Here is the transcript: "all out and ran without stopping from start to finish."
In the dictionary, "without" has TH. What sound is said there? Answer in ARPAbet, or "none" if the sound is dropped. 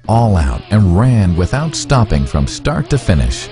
TH